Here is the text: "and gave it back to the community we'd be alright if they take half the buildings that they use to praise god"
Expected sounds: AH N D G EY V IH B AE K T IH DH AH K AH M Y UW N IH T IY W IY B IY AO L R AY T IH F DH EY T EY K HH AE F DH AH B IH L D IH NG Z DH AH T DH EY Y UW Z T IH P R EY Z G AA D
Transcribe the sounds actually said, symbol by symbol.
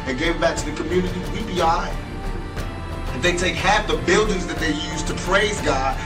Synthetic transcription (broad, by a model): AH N G EY V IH B AE K T IH DH AH K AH M Y UW N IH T IY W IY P IY AY IH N DH EY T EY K HH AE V DH AH B IH L D IH NG Z DH AH T DH EY Y UW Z T IH P R EY Z G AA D